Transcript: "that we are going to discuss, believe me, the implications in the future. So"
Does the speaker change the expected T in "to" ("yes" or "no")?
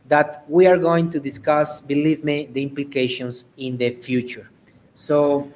no